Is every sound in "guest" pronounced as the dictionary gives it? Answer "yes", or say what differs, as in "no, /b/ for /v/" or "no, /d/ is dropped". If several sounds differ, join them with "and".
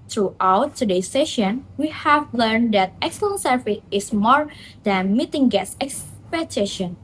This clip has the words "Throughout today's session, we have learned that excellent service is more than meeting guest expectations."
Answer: no, /t/ is dropped